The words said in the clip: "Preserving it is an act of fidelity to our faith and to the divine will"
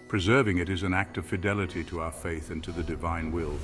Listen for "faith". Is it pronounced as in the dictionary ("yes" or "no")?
yes